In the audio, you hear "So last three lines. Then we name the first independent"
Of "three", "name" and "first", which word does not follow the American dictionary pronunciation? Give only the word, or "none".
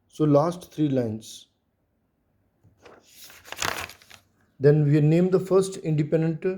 three